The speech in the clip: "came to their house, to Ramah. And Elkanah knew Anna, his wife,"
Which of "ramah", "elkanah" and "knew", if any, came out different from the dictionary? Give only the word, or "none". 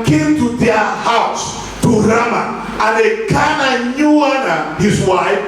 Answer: elkanah